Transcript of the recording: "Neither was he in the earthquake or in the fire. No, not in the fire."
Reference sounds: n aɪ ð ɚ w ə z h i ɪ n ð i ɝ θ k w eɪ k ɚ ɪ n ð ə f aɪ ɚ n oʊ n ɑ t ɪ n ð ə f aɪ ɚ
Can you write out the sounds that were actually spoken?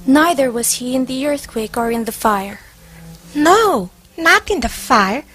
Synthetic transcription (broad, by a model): n aɪ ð ɚ w ə z h i ɪ n ð i ɝ θ k w eɪ k ɚ ɪ n ð ə f aɪ ɚ n oʊ n ɑ t ɪ n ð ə f aɪ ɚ